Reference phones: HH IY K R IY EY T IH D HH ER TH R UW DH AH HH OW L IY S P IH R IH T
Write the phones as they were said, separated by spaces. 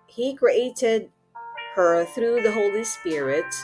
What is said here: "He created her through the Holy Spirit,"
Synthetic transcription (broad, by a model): HH IY K R IY EY T IH D HH ER TH R UW DH AH HH OW L IY S P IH R IH T